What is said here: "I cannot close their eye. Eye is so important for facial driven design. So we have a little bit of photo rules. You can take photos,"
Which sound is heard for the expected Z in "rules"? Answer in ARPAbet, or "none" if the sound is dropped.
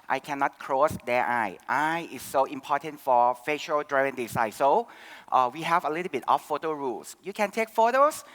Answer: S